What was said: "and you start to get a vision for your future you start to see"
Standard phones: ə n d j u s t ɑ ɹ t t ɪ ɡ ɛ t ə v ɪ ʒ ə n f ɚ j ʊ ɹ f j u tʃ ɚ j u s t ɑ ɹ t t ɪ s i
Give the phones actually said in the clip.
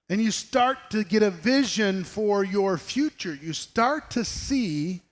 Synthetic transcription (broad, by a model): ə n j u s t ɑ ɹ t t ɪ ɡ ɛ t ə v ɪ ʒ ə n f ɚ j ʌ ɹ f j u tʃ ɚ j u s t ɑ ɹ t t ɪ s i